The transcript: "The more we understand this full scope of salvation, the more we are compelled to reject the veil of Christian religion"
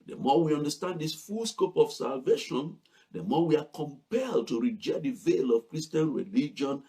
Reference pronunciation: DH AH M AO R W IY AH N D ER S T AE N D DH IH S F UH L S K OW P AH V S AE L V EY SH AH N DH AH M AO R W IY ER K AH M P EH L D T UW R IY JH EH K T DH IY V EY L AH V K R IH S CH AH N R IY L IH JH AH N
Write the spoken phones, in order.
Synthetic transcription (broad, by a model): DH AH M AO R W IY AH N D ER S T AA N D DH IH S F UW L S K OW P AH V S AE L V EY SH AH N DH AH M AO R W IY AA K AH M P EH L D T UW R IY JH EH K T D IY V EY L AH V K R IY S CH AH N R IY L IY JH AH N